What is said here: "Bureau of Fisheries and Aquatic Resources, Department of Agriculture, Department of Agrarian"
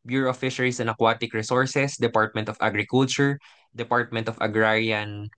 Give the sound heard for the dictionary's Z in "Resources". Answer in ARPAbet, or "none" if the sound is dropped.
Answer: S